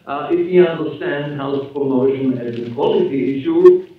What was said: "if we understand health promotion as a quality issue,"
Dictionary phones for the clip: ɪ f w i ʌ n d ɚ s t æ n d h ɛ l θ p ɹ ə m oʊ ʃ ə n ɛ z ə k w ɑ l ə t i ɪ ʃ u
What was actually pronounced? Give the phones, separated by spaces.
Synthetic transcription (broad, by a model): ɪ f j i ʌ n d ɚ s t æ n d h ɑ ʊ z p ɹ ə m oʊ ʃ ə n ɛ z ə k w ɑ l ə t i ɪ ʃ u